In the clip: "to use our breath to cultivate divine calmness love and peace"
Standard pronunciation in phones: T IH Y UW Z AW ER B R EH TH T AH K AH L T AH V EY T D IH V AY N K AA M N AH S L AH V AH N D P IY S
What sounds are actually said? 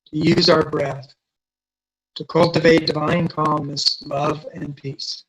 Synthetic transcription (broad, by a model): T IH Y UW Z AW ER B R EH TH T AH K AH L T AH V EY T D IH V AY N K AA M N AH S L AH V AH N P IY S